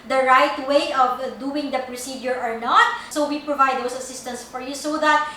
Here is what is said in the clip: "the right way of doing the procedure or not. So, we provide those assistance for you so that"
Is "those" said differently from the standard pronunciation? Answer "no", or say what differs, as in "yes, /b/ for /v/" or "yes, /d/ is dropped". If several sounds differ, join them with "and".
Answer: yes, /s/ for /z/